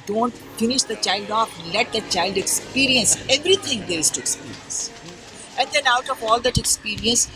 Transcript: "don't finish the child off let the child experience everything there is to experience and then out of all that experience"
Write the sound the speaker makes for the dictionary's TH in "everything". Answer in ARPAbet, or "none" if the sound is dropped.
T